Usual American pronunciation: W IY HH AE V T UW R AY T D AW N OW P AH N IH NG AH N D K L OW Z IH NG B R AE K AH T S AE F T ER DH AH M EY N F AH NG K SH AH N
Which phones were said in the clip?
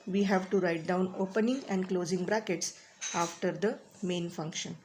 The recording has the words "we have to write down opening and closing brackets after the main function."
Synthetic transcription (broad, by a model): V IY HH AE V T UW R AY T D AW N OW P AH N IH NG AH N D K L OW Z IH NG B R AE K AH T S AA F T ER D AH M EY N F AH NG K SH AH N